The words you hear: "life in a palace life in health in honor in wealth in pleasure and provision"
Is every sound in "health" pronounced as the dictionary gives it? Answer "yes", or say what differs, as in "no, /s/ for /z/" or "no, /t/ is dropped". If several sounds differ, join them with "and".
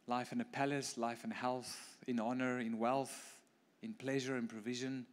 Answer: yes